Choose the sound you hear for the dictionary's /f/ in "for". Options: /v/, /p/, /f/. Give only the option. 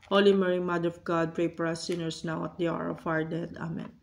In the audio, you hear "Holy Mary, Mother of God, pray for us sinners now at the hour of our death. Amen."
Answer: /p/